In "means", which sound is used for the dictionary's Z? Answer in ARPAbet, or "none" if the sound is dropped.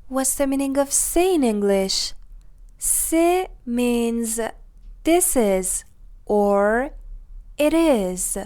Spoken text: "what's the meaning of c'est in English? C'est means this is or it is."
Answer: Z